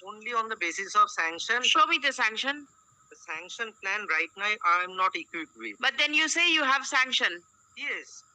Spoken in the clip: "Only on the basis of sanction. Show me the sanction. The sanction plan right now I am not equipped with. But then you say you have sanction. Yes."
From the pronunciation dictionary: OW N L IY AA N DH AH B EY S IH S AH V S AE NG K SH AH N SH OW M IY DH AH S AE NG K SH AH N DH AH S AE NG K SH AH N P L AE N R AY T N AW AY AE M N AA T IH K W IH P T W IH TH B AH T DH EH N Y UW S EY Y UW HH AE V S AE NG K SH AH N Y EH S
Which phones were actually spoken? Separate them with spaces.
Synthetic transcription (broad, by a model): OW N L IY AA N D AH B EY S IH S AH V S AE NG K SH AH N SH OW M IY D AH S AE NG K SH AH N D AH S AE NG K SH AH N P L AE N R AY T N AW AY M N AA T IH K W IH T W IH B AH T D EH N Y UW S EY Y UW HH AE V S AE NG K SH AH N Y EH S